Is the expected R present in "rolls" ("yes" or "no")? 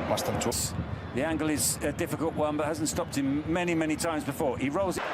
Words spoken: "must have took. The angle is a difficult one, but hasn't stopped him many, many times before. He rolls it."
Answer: yes